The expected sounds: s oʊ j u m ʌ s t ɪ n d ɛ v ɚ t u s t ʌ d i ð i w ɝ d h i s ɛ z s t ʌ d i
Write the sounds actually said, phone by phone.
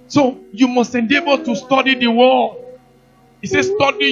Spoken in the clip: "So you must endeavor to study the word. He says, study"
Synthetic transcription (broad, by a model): s oʊ j u m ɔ s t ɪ n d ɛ b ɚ t u s t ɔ d i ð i w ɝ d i s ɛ s t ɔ d i